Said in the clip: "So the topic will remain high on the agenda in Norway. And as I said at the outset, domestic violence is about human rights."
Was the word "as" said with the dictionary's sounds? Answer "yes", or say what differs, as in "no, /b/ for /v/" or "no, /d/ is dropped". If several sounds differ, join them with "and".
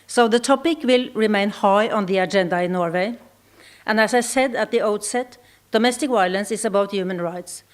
no, /s/ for /z/